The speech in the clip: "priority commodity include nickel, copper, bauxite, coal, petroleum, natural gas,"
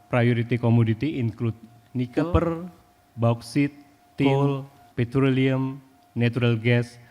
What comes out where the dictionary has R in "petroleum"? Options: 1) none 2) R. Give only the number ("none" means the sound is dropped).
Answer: 2